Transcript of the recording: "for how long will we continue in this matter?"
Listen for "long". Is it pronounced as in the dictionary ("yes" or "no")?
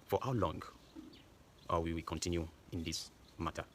yes